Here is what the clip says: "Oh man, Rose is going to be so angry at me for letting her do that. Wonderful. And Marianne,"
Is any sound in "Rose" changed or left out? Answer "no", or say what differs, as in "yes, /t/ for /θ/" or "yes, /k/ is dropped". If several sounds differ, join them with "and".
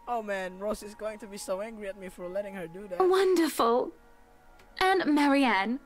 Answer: yes, /s/ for /z/